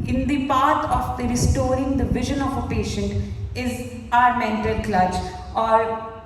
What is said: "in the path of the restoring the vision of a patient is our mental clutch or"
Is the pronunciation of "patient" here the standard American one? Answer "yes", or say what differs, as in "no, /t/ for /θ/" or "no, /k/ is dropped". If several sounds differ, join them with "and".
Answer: yes